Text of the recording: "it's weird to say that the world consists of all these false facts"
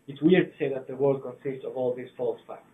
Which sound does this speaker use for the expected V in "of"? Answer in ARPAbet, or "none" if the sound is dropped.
V